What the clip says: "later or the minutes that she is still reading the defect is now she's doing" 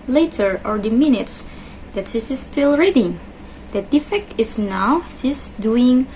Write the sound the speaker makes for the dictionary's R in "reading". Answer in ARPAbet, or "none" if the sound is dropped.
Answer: R